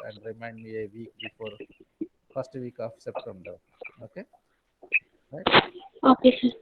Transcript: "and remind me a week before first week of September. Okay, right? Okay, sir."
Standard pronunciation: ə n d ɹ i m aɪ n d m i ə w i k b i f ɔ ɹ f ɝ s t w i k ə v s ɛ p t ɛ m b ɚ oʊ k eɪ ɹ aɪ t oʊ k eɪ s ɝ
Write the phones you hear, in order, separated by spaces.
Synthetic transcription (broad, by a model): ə n d ɹ i m aɪ n d m i ə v i k b i f ɔ ɹ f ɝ s t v i k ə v s ɛ p t ɛ m b ɚ oʊ k eɪ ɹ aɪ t oʊ k eɪ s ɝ